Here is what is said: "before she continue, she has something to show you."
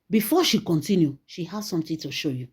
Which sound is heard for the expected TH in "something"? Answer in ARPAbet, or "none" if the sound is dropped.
T